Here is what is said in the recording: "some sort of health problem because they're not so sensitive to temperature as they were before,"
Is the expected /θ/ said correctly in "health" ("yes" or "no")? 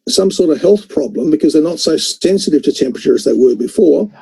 yes